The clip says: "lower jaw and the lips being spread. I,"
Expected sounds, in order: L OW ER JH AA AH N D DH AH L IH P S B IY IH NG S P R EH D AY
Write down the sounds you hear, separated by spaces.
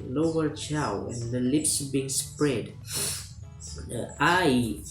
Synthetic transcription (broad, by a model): L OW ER CH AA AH N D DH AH L IH P S B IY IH NG S P R EH D AY